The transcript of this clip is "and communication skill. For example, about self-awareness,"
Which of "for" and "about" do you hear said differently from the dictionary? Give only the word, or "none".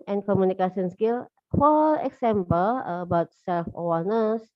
for